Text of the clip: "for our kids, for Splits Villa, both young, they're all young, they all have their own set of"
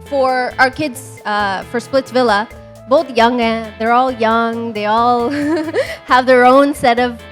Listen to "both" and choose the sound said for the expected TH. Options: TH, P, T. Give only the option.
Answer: TH